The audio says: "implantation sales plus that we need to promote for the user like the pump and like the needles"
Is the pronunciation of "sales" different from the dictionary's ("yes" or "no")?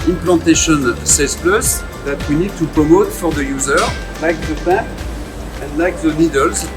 yes